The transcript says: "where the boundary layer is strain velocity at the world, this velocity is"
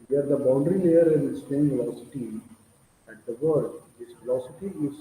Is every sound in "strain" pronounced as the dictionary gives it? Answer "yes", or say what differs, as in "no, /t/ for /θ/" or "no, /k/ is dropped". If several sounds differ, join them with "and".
no, /ɹ/ is dropped